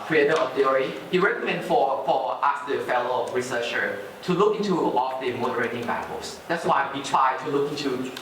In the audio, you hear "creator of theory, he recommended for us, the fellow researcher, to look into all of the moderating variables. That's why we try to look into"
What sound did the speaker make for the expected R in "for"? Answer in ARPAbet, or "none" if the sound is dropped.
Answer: L